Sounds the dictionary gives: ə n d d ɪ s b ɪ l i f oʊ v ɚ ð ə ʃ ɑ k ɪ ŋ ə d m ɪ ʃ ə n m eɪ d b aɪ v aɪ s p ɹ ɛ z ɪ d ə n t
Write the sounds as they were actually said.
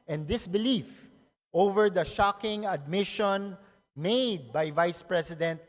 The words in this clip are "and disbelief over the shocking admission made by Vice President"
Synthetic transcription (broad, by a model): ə n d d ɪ s b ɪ l i f oʊ v ɚ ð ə ʃ ɑ k ɪ ŋ ə d m ɪ ʃ ə n m eɪ d b aɪ v aɪ s p ɹ ɛ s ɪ d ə n t